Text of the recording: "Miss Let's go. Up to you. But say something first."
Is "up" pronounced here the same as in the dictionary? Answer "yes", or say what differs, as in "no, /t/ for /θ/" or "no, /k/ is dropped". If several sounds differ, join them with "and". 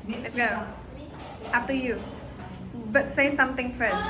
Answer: no, /f/ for /p/